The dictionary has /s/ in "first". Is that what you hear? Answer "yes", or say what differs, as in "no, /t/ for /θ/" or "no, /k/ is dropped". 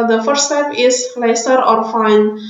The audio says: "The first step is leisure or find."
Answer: no, /s/ is dropped